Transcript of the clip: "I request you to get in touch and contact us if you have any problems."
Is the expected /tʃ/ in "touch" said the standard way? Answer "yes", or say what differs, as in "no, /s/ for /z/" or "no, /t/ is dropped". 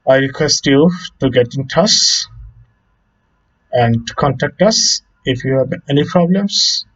no, /s/ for /tʃ/